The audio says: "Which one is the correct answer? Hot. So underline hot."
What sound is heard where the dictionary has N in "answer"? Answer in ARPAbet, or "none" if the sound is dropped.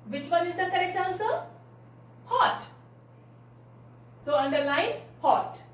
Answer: L